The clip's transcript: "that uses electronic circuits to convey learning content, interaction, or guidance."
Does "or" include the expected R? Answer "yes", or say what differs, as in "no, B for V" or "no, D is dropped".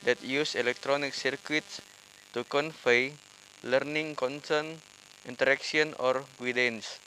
yes